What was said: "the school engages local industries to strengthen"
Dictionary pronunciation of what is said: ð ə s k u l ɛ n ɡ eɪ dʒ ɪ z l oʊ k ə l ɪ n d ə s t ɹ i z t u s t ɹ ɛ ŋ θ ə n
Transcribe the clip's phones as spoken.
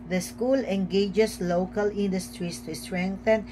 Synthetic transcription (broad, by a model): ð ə s k u l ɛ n ɡ eɪ dʒ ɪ s l oʊ k ə l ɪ n d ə s t ɹ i s t u s t ɹ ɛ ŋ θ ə n